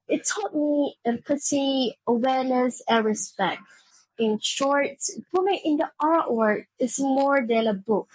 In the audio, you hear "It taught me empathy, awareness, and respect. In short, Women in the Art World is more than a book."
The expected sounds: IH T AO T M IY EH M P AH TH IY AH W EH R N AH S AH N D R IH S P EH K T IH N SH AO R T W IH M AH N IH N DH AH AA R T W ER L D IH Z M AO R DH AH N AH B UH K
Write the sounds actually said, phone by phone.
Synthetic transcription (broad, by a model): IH T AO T M IY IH P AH T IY AH W EH R N AH S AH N R IH S P EH K T IH N SH AO R T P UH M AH IH N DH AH AA R T W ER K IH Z M AO R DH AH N AH B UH K